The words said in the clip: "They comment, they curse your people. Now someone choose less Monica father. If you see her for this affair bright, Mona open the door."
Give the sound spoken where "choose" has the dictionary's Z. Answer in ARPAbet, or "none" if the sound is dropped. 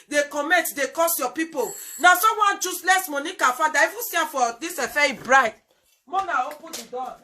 S